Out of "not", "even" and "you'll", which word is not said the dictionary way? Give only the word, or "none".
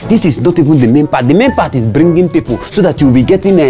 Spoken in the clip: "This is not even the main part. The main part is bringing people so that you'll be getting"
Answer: you'll